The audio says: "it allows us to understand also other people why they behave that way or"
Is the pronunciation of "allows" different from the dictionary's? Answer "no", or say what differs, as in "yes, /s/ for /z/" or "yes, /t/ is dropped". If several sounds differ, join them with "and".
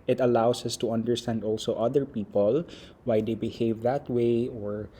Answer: yes, /s/ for /z/